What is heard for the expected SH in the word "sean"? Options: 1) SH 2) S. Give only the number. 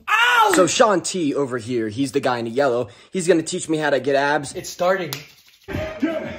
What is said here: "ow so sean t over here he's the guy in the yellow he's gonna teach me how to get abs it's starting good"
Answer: 1